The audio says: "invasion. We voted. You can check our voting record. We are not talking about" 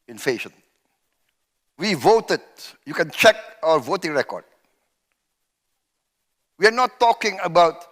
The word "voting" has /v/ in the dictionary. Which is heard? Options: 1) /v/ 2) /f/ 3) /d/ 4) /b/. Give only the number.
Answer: 1